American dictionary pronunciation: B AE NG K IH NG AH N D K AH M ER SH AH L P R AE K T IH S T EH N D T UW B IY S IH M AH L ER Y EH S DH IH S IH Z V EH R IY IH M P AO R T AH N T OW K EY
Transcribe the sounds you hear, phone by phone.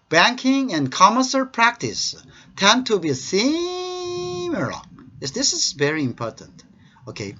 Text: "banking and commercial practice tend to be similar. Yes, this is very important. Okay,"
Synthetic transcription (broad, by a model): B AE NG K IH NG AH N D K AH M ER S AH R P R AE K T IH S T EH N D T UW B IY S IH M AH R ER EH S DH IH S IH Z V EH R IY IH M P AO R T AH N T OW K EY